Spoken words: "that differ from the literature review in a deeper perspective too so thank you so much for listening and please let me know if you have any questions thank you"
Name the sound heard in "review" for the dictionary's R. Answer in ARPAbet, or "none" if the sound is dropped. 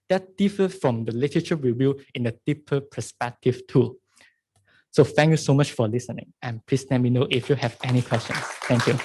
W